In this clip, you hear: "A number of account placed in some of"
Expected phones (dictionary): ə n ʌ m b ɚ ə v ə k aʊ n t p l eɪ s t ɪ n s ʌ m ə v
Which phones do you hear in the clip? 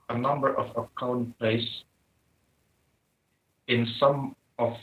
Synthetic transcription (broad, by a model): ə n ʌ m b ɚ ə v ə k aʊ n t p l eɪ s ɪ n s ʌ m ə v